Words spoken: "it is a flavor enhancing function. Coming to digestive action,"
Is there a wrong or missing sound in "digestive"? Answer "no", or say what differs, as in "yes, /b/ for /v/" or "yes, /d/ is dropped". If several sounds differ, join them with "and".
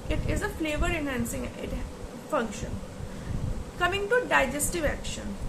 no